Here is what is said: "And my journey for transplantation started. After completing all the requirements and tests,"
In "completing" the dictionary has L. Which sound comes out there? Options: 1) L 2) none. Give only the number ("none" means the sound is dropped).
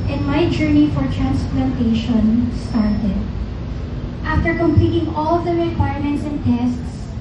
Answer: 1